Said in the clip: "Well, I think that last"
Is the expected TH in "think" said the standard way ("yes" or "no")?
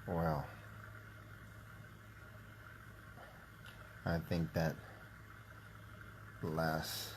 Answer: yes